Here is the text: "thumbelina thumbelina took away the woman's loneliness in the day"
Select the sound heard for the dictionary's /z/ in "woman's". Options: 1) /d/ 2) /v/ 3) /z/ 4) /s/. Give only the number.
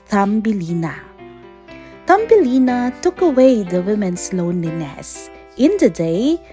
4